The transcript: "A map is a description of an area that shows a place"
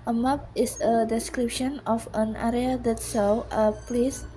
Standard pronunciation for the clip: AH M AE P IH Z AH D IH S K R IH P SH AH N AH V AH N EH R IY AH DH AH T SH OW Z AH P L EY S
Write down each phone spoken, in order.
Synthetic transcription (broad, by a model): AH M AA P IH S AH D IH S K R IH P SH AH N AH F AH N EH R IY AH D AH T S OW AH P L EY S